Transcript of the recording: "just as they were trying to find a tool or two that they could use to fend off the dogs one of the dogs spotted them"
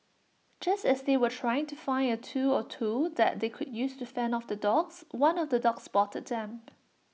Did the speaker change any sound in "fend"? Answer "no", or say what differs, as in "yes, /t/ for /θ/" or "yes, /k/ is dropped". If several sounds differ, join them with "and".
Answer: yes, /d/ is dropped